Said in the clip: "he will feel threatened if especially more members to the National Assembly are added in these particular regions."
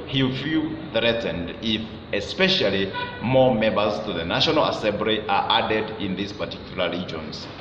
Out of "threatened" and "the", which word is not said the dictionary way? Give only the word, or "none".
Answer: none